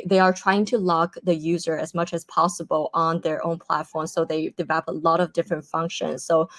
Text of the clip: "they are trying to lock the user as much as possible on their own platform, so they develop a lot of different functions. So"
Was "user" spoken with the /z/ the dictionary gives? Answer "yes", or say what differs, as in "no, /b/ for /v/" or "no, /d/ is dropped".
yes